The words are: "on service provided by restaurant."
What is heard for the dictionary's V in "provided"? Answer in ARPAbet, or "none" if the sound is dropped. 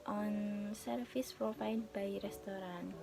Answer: F